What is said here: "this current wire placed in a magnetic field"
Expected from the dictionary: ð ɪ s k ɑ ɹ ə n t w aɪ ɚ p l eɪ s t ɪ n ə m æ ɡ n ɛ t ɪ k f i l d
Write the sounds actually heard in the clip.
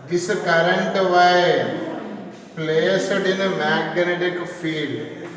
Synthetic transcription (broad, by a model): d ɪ s k ɑ ɹ ə n t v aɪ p l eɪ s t ɪ n ə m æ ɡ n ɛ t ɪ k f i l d